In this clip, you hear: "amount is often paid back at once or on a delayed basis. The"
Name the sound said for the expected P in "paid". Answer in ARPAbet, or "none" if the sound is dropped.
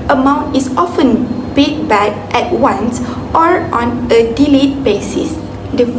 B